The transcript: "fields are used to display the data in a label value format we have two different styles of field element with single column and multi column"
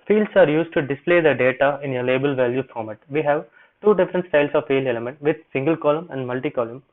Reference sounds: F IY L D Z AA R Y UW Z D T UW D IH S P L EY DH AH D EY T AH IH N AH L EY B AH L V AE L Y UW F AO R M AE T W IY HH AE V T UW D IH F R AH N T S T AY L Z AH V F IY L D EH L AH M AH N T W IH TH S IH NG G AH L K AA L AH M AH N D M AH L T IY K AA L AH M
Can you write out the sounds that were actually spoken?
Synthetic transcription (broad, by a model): F IY L D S AA R Y UW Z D T UW D IH S P L EY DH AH D EY T AH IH N AH L EY B AH L V AE L Y UW F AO R M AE T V IY HH AE V T UW D IH F R AH N T S T AY L S AH V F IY L EH L AH M AH N T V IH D S IH NG G AH L K AA L AH M AH N D M AH L T IY K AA L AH M